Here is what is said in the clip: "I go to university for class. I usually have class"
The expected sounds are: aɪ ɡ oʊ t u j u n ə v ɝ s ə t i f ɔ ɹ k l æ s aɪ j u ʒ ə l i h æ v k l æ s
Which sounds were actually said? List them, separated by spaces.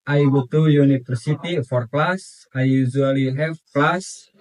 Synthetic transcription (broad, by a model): aɪ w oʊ t u j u n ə f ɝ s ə t i f ɔ ɹ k l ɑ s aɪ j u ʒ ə l i h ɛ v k l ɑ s